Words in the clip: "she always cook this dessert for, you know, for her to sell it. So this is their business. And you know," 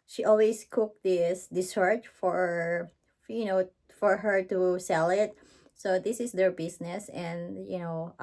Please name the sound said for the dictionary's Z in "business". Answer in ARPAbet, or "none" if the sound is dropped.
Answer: S